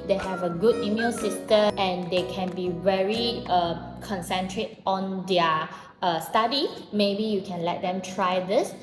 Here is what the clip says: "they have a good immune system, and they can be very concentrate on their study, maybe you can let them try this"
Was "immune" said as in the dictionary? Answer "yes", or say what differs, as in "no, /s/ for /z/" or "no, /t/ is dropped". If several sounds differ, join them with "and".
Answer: no, /l/ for /n/